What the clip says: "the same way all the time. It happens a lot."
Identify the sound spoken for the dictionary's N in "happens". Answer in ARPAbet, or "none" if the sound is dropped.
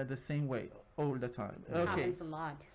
none